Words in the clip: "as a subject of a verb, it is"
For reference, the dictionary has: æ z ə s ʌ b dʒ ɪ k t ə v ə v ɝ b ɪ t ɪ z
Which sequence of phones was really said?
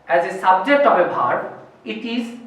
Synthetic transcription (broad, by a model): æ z ə s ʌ b dʒ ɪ k t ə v ə b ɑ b ɪ t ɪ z